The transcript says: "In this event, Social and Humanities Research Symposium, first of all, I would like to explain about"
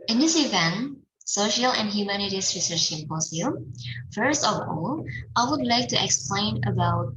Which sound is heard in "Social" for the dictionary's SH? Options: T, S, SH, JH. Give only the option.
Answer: SH